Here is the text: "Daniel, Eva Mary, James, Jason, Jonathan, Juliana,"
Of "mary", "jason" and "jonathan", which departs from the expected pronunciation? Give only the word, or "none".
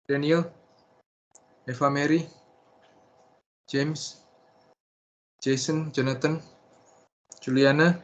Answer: jonathan